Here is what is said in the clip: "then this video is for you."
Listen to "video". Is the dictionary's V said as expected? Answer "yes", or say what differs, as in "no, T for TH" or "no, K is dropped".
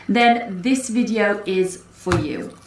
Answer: yes